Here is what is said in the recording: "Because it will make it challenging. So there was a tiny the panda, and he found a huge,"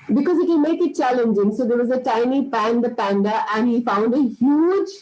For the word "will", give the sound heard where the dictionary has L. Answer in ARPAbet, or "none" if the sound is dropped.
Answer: N